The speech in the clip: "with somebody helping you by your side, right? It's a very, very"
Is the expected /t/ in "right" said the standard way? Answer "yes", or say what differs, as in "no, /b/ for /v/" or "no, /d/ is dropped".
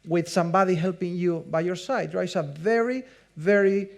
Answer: no, /t/ is dropped